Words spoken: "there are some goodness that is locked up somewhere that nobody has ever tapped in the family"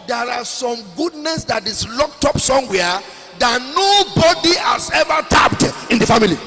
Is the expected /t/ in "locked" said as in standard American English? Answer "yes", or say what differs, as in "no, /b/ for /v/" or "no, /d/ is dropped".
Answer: yes